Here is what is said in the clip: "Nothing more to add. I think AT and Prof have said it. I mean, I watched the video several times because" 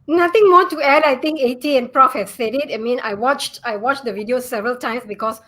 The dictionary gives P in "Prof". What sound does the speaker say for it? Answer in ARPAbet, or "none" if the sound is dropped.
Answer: P